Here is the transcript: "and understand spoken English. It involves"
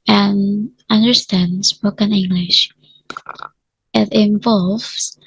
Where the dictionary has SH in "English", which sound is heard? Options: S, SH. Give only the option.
SH